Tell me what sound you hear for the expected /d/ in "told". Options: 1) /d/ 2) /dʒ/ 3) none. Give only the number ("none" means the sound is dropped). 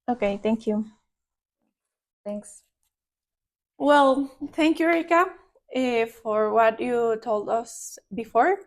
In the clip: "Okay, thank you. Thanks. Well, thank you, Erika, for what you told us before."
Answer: 1